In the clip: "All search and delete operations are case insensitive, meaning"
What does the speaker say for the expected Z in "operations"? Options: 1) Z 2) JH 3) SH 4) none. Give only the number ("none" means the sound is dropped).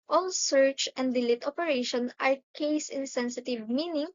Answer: 4